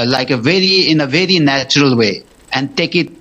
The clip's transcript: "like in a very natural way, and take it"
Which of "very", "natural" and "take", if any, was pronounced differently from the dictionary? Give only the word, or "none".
none